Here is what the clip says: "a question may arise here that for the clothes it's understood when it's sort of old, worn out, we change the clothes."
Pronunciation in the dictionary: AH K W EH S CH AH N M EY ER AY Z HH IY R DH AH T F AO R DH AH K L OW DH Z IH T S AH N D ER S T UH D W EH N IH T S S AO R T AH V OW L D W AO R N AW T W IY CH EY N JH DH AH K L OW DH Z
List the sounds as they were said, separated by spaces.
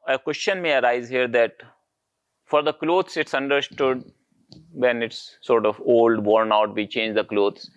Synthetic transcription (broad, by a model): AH K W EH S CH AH N M EY ER AY Z HH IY R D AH T F AO R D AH K L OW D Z IH T S AH N D ER S T UH D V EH N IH T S S AO R T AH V OW L D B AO R N AW T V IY CH EY N JH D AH K L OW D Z